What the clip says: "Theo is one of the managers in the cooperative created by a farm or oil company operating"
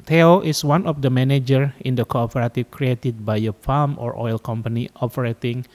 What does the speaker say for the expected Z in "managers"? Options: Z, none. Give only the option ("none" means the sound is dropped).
none